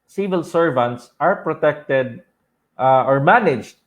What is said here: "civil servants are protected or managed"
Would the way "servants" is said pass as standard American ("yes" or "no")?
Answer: yes